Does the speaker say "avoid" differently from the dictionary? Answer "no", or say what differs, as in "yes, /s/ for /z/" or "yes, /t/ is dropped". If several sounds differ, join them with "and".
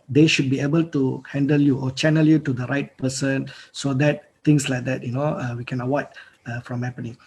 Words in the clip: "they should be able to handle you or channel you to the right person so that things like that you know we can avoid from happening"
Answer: yes, /w/ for /v/